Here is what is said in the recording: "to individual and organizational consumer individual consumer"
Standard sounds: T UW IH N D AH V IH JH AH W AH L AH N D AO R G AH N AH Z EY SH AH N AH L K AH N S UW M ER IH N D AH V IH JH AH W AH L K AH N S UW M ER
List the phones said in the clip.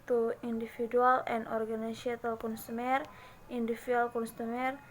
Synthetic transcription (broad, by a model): T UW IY N D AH F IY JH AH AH L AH N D AO R G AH N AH S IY AH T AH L K AH N S UW M ER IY N D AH F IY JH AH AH L K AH N S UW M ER